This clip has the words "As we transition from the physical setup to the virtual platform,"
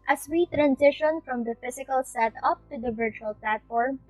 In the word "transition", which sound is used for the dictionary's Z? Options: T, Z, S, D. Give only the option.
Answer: S